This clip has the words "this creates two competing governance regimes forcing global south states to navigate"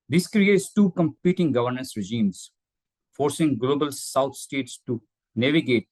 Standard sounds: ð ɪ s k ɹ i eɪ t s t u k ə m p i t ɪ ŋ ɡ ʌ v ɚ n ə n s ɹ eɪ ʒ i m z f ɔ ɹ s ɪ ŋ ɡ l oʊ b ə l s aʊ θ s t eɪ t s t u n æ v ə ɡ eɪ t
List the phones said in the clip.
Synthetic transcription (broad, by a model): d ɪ s k ɹ i eɪ t s t u k ə m p i t ɪ ŋ ɡ ʌ v ɚ n ə n s ɹ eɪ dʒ i m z f ɔ ɹ s ɪ ŋ ɡ l oʊ b ə l s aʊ t s t eɪ t s t u n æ v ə ɡ eɪ t